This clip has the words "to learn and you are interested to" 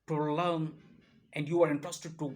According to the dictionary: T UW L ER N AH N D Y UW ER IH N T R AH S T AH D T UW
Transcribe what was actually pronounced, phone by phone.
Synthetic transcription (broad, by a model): T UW L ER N AH N D Y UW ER IH N T R AH S T AH D T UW